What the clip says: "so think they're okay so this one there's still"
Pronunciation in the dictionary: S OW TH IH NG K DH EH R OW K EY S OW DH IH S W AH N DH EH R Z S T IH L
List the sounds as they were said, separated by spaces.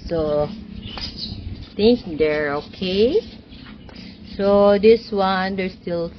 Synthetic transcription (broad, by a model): S OW T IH NG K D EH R OW K EY S OW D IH S W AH N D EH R S T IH L